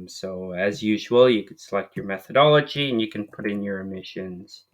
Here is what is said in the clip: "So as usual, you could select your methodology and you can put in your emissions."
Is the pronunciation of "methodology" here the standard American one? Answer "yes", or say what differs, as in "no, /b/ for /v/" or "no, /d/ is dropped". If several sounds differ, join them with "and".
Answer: yes